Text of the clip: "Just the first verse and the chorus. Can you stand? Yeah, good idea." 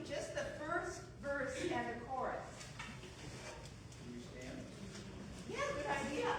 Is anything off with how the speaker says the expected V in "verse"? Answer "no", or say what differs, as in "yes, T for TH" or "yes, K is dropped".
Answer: no